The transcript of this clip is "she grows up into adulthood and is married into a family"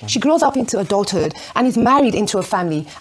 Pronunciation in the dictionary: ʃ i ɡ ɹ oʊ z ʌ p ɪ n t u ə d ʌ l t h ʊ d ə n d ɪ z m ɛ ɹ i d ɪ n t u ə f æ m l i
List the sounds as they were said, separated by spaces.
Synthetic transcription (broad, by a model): ʃ i ɡ ɹ oʊ z ʌ p ɪ n t u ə d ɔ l t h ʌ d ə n ɪ z m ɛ ɹ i d ɪ n t u ə f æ m l i